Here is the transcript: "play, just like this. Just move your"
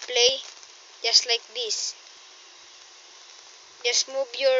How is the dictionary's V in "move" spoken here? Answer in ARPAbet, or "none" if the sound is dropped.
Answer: B